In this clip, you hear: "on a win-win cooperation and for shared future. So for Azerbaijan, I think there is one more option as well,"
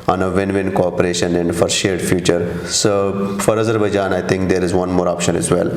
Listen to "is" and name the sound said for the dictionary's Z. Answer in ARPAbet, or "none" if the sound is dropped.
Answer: Z